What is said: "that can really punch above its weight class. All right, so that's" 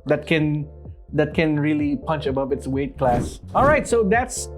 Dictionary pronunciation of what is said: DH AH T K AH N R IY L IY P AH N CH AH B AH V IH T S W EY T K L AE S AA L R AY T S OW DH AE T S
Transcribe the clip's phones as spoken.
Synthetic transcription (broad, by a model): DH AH T K AH N R IY L IY P AH N CH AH B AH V IH T S W EY T K L AE S AA L R AY T S OW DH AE T S